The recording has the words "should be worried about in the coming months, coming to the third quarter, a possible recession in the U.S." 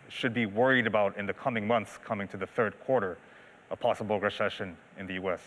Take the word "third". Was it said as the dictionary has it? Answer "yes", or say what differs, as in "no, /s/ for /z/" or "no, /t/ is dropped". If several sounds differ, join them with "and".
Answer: yes